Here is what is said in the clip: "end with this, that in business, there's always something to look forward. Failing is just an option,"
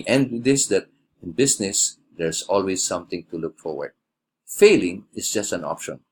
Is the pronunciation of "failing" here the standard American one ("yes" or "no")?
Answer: yes